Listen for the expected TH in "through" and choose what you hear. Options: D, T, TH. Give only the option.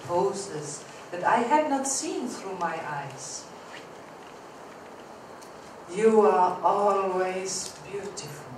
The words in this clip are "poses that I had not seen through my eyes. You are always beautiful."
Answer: TH